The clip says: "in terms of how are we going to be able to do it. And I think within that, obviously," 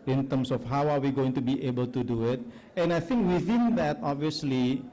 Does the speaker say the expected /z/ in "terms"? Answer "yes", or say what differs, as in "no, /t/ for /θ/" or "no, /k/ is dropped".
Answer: no, /s/ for /z/